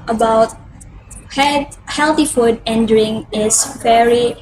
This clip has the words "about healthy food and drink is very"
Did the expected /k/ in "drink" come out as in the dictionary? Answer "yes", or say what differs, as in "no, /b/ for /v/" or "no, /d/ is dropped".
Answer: no, /k/ is dropped